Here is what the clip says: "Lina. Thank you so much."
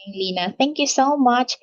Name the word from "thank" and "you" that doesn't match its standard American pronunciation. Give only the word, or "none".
thank